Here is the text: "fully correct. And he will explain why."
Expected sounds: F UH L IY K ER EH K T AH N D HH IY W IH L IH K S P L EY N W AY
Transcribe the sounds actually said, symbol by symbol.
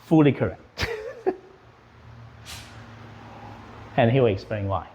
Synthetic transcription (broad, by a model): F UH L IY K ER EH K T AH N HH IY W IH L IH K S P L EY N W AY